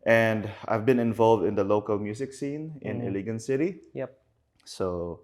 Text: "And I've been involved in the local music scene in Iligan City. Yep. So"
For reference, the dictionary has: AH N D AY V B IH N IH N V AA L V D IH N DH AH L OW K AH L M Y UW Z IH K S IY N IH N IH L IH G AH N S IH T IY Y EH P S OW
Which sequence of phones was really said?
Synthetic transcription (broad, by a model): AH N D AY V B IH N IH N V AA L V D IH N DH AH L OW K AH L M Y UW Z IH K S IY N IH N IH L IH G AH N S IH T IY Y EH P S OW